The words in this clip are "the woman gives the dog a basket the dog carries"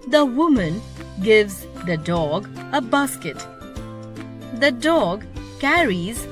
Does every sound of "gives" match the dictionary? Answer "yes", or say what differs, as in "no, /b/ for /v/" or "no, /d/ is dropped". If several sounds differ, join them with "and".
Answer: yes